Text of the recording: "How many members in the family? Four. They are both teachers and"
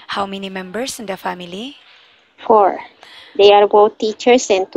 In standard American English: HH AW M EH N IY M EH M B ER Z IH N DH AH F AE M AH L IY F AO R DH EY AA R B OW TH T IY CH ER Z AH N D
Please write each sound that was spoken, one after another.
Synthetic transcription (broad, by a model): HH AW M EH N IY M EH M B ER S IH N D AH F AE M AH L IY F AO R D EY AA R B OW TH T IY CH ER S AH N